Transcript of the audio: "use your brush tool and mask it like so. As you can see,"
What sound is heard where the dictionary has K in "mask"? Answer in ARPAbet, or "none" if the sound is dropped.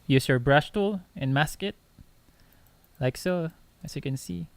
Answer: K